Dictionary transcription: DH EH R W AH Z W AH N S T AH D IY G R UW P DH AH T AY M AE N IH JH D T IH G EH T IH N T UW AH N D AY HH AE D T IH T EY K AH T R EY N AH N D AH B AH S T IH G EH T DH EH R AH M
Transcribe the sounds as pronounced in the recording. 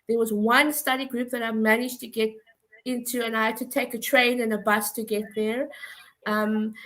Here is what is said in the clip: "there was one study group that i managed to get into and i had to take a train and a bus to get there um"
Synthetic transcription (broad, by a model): DH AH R W AH Z W AH N S T AH D IY G R UW P DH AH T AY M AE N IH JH T IH G EH T IH N T UW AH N AY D T IH T EY K AH T R EY N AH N AH B AH S T IH G EH T DH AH R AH M